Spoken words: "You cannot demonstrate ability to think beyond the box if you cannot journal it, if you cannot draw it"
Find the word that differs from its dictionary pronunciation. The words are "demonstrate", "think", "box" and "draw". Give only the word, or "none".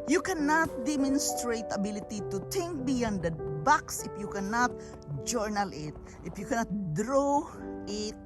think